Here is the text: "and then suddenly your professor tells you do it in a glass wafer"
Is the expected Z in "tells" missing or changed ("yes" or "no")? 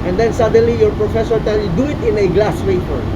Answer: yes